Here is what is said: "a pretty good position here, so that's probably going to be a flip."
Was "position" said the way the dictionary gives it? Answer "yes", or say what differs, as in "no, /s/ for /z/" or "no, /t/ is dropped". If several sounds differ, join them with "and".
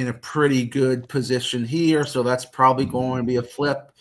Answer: yes